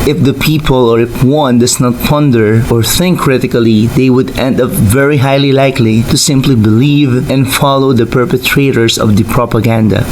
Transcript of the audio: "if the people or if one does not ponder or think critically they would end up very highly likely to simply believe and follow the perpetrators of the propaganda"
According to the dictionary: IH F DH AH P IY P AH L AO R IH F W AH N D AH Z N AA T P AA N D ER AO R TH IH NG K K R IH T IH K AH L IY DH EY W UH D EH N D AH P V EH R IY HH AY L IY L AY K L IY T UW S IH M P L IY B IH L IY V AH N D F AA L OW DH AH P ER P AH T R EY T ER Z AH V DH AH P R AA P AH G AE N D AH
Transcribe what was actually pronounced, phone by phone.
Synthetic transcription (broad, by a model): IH F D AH P IY P AH L AO R IH F W AH N D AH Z N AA T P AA N D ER AO R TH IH NG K K R IH T IH K AH L IY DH EY W UH D EH N D AH P V EH R IY HH AY L IY L AY K L IY T UW S IH M P L IY B IH L IY V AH N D F AA L OW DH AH P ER P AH T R EY T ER S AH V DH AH P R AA P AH G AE N D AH